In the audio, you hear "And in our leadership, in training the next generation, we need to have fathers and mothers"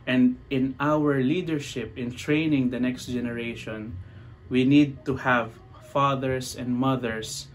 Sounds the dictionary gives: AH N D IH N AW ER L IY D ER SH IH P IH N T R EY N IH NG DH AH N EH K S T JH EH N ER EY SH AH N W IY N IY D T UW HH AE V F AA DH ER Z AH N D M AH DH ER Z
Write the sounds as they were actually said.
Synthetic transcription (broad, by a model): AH N D IH N AW ER L IY D ER SH IH P IH N T R EY N IH NG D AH N EH K S T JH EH N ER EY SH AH N W IY N IY D T UW HH AE V F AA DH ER S AH N D M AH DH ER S